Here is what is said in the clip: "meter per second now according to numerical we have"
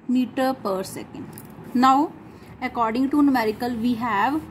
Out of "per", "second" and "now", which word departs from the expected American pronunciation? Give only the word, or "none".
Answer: none